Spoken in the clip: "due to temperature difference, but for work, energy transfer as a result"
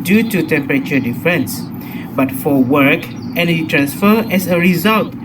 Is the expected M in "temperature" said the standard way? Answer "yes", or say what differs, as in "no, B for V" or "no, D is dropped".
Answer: yes